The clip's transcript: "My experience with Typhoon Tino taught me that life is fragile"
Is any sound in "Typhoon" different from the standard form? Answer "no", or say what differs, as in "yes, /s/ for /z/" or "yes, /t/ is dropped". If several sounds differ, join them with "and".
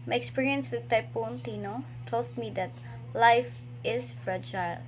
yes, /p/ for /f/